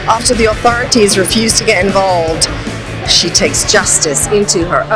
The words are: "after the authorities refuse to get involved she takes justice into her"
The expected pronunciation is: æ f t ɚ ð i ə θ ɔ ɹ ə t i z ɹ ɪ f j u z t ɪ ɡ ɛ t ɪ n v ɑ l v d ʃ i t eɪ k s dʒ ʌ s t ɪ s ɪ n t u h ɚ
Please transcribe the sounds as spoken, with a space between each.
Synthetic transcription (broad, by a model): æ f t ɚ ð i ə θ ɔ ɹ ə t i z ɹ ɪ f j u z t ɪ ɡ ɛ t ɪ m v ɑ l v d ʃ i t eɪ k s dʒ ʌ s t ɪ s ɪ n t u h ɚ